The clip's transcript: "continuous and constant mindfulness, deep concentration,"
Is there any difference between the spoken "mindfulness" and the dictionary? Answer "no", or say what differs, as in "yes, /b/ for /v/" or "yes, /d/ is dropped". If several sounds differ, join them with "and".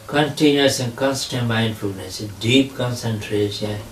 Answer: no